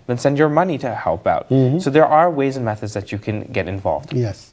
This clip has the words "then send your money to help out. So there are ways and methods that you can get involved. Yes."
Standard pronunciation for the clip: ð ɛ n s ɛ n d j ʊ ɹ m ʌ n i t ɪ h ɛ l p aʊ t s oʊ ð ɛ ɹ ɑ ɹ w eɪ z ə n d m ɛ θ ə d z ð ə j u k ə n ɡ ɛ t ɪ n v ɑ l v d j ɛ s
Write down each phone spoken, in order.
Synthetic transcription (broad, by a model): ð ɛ n s ɛ n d j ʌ ɹ m ʌ n i t ɪ h ɛ l p aʊ t s oʊ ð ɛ ɹ ɑ ɹ w eɪ z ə n m ɛ θ ə d z ð ə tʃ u k ə n ɡ ɛ t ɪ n v ɑ l v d j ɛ s